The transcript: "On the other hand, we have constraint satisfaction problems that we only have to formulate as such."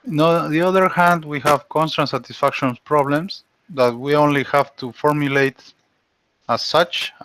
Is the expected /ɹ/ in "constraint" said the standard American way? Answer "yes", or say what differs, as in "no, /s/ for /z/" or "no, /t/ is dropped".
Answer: no, /ɹ/ is dropped